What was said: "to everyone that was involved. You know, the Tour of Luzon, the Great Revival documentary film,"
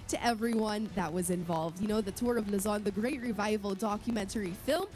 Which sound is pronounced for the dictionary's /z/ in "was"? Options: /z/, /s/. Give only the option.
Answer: /z/